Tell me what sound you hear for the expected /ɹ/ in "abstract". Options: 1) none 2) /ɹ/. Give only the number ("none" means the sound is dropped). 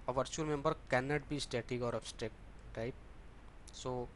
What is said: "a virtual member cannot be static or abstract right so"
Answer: 1